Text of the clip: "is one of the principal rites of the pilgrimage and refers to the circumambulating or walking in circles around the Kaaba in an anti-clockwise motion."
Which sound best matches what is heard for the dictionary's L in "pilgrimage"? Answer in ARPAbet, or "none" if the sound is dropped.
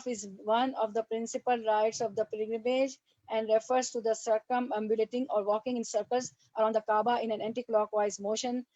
none